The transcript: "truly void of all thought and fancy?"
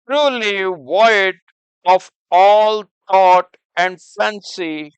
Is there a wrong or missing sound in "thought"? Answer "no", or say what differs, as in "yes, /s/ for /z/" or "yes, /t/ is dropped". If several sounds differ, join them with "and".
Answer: yes, /t/ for /θ/